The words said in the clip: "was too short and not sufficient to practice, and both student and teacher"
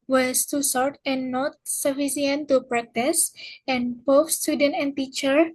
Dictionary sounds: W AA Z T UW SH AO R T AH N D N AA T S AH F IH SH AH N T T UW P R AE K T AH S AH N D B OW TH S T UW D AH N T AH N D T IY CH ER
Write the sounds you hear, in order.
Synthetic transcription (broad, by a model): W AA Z T UW S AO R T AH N N AA T S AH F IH S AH N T T UW P R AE K T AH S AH N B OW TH S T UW D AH N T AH N T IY CH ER